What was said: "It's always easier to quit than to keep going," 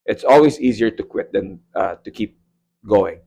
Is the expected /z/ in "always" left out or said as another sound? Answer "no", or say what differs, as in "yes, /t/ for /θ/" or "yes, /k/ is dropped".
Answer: yes, /s/ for /z/